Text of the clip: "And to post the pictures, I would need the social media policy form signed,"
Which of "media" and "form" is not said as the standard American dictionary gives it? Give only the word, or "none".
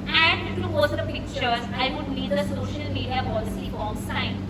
form